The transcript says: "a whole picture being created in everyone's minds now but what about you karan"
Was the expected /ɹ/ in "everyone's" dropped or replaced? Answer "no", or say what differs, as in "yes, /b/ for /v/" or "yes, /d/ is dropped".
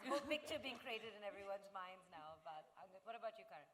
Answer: no